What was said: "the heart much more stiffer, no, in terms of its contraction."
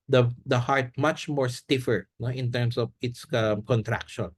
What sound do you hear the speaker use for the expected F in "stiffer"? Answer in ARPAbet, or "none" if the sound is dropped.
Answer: F